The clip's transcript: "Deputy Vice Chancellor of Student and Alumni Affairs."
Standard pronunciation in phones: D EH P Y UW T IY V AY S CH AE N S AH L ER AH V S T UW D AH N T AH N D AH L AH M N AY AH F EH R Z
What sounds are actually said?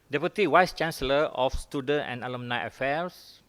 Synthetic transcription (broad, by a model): D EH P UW T IY W AY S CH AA N S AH L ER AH F S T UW D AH N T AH N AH L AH M N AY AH F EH R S